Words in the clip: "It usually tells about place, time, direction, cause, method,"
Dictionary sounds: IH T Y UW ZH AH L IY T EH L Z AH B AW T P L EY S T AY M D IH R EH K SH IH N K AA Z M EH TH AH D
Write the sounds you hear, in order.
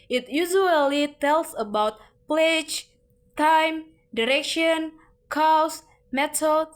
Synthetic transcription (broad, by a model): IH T Y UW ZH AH L IY T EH L S AH B AW T P L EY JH T AY M D IH R EH K SH IH N K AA S M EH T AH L